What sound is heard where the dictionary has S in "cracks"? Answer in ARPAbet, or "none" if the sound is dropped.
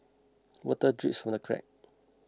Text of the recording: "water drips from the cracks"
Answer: none